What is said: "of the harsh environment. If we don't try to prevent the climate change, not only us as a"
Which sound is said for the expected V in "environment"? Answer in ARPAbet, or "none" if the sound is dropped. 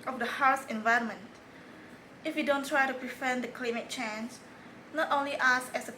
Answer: V